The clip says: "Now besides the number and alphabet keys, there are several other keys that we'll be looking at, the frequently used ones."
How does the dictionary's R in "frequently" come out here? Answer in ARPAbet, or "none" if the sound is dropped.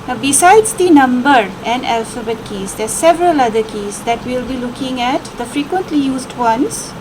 R